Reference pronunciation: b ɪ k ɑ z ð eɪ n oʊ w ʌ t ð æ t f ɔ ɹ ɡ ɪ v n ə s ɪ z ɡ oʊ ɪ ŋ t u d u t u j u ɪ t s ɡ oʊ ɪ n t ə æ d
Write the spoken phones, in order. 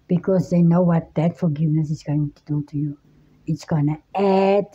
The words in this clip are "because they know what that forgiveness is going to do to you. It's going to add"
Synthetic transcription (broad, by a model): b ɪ k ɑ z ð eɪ n oʊ w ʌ t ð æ t f ɔ ɹ ɡ ɪ v n ə s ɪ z ɡ oʊ ɪ ŋ t u d u t u j u ɪ t s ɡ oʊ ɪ n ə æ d